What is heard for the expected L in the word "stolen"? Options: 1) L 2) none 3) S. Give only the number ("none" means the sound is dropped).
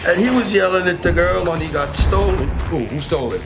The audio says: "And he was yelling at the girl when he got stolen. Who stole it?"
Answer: 2